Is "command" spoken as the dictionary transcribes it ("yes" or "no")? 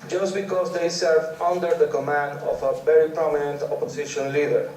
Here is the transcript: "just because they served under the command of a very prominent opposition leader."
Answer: yes